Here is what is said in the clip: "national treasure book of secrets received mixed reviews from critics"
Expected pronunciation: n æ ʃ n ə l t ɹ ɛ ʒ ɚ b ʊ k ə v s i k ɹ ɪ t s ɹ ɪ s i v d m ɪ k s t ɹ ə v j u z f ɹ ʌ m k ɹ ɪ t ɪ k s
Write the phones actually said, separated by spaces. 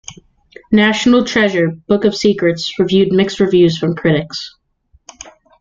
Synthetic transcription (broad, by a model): n æ ʃ n l t ɹ ɛ ʒ ɚ b ʊ k ə v s i k ɹ ɪ t s ɹ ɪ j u d m ɪ k s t ɹ ə v j u z f ɹ ʌ m k ɹ ɪ t ɪ k s